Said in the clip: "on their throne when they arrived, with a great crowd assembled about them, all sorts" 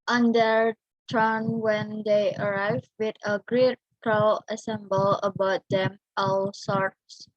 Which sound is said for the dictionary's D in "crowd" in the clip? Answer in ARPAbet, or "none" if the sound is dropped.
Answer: none